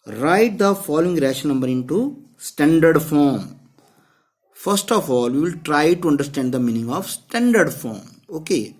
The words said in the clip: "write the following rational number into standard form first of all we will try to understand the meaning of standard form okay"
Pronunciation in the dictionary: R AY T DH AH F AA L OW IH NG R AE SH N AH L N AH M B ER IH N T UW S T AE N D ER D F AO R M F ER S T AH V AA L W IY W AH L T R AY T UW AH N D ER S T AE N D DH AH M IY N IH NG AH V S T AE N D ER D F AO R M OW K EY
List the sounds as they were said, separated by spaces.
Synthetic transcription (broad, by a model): R AY T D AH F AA L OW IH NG R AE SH AH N AH M B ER IH N T UW S T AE N D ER D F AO R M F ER S T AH F AA L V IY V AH L T R AY T UW AH N D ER S T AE N D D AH M IY N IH NG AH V S T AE N D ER D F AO R M OW K EY